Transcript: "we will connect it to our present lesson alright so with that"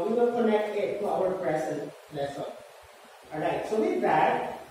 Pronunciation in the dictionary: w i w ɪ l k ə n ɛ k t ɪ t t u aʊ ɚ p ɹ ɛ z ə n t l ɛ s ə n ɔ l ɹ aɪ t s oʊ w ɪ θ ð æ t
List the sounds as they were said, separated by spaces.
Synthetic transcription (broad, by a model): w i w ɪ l k ə n ɛ k t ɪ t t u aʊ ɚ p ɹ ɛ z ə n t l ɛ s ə ɔ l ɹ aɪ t s oʊ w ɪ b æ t